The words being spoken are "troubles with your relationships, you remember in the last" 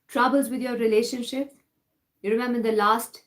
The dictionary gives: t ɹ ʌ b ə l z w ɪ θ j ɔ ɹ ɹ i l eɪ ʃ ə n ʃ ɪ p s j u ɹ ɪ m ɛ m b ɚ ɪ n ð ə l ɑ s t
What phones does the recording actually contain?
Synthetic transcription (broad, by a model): t ɹ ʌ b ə l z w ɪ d j ɔ ɹ ɹ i l eɪ ʃ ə n ʃ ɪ p j u ɹ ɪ m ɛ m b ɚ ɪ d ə l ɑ s t